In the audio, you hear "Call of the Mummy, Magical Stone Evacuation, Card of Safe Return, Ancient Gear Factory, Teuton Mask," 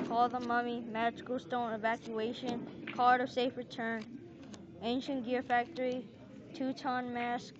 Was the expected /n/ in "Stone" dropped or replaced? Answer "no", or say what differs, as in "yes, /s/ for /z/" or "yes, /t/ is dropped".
no